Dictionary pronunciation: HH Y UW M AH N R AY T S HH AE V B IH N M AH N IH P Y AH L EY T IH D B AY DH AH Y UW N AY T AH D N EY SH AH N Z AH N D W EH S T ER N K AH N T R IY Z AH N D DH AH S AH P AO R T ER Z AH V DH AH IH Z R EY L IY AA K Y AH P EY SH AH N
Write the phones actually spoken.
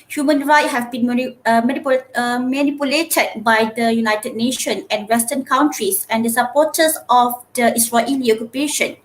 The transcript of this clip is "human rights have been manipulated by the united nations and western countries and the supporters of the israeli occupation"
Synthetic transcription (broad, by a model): HH Y UW M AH N R AY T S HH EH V B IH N M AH N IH P Y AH L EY T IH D B AY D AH Y UW N AY T AH D N EY SH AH N AH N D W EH S T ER N K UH N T R IY S AH N D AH S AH P AO T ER S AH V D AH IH S R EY L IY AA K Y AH P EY SH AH N